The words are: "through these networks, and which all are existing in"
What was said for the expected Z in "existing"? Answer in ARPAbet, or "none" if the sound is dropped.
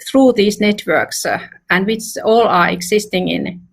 S